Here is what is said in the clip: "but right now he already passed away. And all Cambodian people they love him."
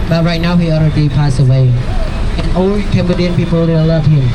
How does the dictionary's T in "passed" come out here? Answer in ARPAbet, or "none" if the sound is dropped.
none